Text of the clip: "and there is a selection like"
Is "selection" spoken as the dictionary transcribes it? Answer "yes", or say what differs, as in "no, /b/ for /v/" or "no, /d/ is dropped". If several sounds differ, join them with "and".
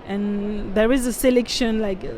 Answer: yes